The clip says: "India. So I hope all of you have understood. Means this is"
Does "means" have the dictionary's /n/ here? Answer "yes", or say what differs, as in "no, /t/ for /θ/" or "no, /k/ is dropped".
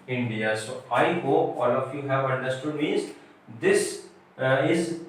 no, /n/ is dropped